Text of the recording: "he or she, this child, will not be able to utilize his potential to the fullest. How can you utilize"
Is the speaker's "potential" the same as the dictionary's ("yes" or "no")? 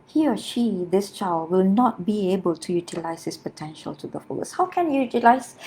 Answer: yes